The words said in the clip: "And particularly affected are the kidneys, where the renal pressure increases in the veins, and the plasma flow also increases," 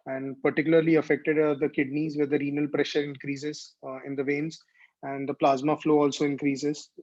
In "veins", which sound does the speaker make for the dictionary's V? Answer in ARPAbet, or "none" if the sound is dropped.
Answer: V